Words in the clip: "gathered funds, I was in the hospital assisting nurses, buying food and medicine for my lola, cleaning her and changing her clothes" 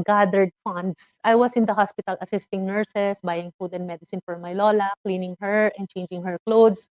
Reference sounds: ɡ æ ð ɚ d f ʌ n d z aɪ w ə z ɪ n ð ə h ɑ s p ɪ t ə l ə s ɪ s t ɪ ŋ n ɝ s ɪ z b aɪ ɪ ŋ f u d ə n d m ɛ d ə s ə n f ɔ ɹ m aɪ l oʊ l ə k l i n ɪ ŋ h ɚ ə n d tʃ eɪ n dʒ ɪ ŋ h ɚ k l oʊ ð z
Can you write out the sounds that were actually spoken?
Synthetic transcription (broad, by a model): ɡ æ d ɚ d f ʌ n d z aɪ w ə s ɪ n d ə h ɑ s p ɪ t ə l ə s ɪ s t ɪ ŋ n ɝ s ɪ s b aɪ ɪ ŋ f u d ə n d m ɛ d ə s ə n f ɔ ɹ m aɪ l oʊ l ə k l i n ɪ ŋ h ɚ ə n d tʃ eɪ n dʒ ɪ ŋ h ɚ k l oʊ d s